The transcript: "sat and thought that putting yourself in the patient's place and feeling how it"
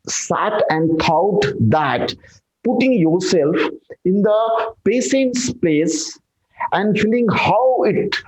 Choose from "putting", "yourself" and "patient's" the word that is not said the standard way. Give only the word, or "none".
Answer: patient's